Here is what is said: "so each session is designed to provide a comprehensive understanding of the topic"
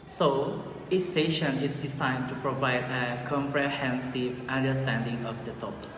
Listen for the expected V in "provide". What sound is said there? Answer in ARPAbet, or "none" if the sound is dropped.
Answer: V